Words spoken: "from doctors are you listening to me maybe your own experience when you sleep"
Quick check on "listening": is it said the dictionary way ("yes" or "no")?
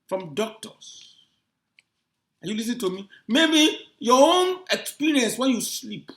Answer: no